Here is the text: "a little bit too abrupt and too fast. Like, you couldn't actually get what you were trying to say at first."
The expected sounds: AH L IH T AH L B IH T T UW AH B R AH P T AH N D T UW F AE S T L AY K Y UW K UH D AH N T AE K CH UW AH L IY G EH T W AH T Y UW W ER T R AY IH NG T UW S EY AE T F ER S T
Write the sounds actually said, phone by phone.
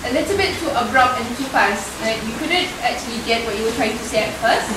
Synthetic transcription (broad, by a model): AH L IH T AH L B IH T T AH B R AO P AH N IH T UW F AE S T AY Y UW K UH D AH N T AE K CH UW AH L IY G EH T W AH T Y UW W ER T R AY IH NG T UW S EY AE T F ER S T